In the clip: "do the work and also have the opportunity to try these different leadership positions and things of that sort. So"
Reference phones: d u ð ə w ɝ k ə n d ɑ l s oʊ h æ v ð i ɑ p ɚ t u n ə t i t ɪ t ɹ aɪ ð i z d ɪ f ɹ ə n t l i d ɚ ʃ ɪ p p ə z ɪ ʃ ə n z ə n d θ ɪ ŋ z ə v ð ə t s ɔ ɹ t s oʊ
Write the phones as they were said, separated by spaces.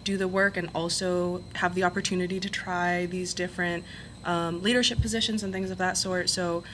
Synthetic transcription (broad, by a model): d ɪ ð ə w ɝ k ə n ɑ l s oʊ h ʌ v ð i ɑ p ɚ t u n ə t i t ɪ t ɹ aɪ ð i z d ɪ f ɹ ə n t l i d ɚ ʃ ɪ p p ə z ɪ ʃ ə n z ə n θ ɪ ŋ z ə v ð ə t s ɔ ɹ t s oʊ